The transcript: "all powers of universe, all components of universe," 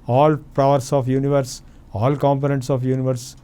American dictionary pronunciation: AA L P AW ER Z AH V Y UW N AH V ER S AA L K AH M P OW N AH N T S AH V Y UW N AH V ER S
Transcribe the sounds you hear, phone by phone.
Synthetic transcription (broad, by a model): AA L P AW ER S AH F Y UW N AH V ER S AA L K AH M P OW N AH N T S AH F Y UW N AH V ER S